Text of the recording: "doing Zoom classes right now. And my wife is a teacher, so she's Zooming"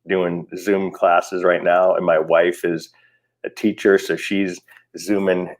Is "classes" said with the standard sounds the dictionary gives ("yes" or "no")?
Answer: yes